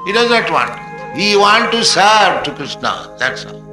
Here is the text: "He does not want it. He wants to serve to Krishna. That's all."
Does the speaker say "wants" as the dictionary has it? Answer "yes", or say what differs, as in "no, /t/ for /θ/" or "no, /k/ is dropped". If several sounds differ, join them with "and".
no, /s/ is dropped